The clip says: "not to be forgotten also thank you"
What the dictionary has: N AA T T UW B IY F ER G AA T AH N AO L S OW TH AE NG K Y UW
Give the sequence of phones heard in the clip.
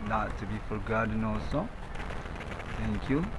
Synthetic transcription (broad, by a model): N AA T T UW B IY F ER G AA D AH N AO S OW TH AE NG K Y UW